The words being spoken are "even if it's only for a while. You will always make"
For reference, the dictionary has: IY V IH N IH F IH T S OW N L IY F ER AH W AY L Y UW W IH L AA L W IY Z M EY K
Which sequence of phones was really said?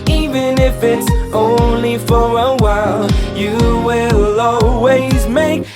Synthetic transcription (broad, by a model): IY V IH N IH F IH T S OW N L IY F ER AH W AY L Y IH W IH L AA L W IY Z M EY K